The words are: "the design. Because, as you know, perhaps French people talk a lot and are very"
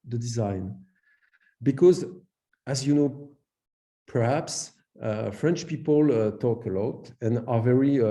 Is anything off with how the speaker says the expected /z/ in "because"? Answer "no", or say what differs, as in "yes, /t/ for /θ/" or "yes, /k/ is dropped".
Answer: no